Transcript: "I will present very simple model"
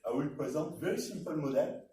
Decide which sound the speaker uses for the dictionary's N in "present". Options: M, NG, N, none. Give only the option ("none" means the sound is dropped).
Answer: none